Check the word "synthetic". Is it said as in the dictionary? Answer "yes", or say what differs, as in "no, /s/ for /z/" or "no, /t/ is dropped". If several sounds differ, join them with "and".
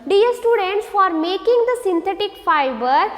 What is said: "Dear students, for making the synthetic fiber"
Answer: no, /t/ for /θ/